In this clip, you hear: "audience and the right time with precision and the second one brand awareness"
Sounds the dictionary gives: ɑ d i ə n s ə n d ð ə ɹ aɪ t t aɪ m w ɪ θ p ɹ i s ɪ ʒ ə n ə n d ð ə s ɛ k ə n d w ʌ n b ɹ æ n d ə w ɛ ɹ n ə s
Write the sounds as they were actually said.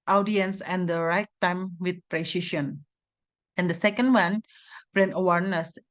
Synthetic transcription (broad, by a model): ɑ d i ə n s ə n d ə ɹ aɪ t t aɪ m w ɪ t p ɹ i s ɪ ʃ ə n ə n d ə s ɛ k ə n d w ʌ n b ɹ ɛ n ə w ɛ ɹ n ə s